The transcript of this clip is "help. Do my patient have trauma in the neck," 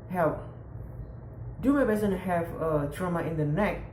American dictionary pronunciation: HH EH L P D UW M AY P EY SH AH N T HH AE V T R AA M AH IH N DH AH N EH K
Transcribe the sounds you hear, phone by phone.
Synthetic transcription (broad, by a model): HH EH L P D UW M AY B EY S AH N HH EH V T R AA M AH IH N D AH N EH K